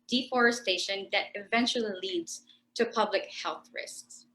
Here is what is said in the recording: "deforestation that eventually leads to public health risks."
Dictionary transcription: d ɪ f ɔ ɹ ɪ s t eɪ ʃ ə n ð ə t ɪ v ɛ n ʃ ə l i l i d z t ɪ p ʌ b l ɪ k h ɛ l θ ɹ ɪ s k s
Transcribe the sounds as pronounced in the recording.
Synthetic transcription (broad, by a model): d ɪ f ɔ ɹ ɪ s t eɪ ʃ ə n ð ə t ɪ v ɛ n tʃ l i l i d z t ɪ p ʌ b l ɪ k h ɛ l θ ɹ ɪ s k s